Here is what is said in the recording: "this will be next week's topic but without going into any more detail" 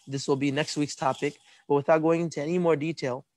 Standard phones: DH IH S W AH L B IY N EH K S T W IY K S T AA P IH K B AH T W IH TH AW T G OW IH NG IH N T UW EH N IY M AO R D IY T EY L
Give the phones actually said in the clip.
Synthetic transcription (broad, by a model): DH IH S W AH L B IY N EH K S T W IY K S T AA P IH K B AH T W IH TH AW T G OW IH NG IH N T UW EH N IY M AO R D IY T EY L